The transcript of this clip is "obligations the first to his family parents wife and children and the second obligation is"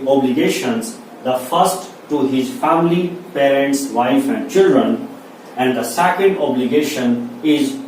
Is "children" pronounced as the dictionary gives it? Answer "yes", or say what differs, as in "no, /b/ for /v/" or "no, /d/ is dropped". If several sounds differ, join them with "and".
yes